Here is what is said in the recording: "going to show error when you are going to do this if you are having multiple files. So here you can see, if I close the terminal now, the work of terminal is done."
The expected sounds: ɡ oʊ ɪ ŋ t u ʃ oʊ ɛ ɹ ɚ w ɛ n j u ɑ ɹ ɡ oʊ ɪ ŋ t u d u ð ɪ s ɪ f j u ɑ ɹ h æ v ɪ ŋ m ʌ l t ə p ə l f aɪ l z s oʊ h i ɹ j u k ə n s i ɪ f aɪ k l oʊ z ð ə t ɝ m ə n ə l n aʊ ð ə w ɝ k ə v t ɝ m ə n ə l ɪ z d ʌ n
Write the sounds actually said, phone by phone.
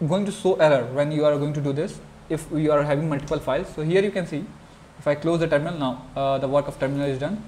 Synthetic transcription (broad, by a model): ɡ oʊ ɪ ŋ t u s oʊ ɛ ɹ ɚ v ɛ n j u ɑ ɹ ɡ oʊ ɪ ŋ t u d u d ɪ s ɪ f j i ɑ ɹ h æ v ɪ ŋ m ʌ l t ə p ə l f aɪ l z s oʊ h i ɹ j u k ə n s i ɪ f aɪ k l oʊ z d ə t ɝ m ə n ə l n aʊ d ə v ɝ k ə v t ɝ m ə n ə l ɪ z d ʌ n